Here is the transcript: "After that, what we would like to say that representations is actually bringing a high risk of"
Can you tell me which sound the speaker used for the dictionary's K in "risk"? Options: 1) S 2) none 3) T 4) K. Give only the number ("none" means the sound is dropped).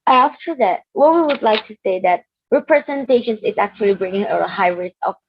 2